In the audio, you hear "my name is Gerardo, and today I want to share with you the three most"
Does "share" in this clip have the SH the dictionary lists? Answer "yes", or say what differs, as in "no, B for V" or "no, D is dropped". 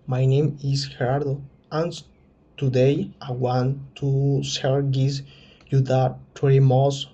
no, S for SH